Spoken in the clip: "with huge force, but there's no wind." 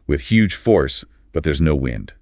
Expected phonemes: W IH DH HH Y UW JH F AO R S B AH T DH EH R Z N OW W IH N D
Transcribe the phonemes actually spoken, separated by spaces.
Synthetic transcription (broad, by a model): W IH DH HH Y UW JH F AO R S B AH T DH EH R Z N OW W IH N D